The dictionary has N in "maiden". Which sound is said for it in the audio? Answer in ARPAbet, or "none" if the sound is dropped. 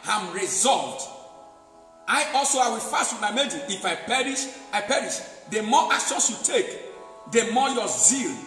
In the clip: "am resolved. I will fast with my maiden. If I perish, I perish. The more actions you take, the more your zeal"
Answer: none